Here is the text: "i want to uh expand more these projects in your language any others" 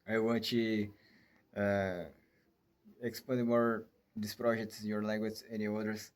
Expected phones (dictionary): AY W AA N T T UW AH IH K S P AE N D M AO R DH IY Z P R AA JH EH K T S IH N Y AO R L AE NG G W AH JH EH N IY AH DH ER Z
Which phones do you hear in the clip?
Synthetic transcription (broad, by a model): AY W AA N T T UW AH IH K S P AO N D M AO R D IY S P R AA JH EH K T S IH N Y AO R L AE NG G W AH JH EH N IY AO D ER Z